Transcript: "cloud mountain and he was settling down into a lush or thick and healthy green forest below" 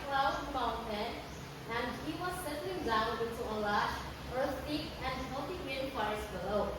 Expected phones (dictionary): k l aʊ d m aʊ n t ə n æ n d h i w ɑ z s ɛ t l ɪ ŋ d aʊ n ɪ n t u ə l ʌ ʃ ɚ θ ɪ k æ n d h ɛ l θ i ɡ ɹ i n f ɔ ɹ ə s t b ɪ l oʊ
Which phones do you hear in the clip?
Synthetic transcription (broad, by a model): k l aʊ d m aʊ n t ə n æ n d h i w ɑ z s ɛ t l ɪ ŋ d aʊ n ɪ n t u ə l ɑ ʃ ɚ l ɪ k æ n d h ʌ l t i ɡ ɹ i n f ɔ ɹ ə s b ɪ l oʊ